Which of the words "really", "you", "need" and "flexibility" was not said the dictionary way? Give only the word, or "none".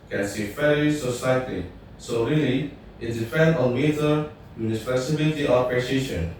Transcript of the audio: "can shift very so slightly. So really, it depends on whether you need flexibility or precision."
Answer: flexibility